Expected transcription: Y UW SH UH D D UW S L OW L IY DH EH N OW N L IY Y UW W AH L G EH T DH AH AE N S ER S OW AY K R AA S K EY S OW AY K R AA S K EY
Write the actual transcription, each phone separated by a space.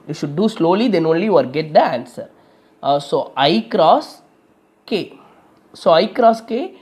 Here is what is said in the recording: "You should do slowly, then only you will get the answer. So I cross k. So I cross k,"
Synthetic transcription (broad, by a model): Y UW SH UH D D UW S L OW L IY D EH N OW N L IY Y UW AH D G EH T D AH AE N S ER S OW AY K R AA S K EY S OW AY K R AA S K EY